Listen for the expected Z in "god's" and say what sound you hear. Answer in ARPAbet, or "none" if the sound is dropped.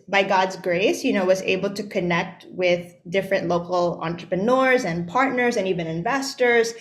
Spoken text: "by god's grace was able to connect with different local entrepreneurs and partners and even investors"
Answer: Z